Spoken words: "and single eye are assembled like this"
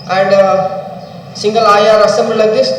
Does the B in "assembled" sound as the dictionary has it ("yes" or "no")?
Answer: no